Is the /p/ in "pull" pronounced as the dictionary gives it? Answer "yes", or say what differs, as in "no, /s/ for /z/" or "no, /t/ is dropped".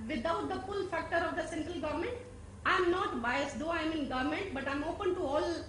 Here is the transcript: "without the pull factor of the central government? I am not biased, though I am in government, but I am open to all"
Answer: no, /f/ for /p/